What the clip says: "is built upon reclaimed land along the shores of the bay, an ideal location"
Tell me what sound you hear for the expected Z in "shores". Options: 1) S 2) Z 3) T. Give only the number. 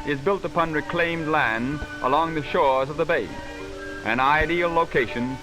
2